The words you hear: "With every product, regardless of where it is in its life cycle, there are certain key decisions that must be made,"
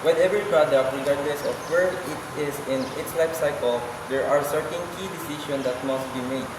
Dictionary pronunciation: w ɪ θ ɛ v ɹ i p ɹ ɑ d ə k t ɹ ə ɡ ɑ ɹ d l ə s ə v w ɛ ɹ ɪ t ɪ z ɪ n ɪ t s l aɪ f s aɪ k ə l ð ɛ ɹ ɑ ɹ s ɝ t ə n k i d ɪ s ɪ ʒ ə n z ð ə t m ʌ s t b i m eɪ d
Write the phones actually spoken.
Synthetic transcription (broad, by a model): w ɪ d ɛ v ɹ i p ɹ ɑ d ə k t ɹ ə ɡ ɑ ɹ d l ə s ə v w ɛ ɹ ɪ t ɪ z ɪ n ɪ t s l aɪ f s aɪ k ə l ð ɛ ɹ ɑ ɹ s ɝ t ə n k i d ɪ s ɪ ʃ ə n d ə t m ʌ s t b i m eɪ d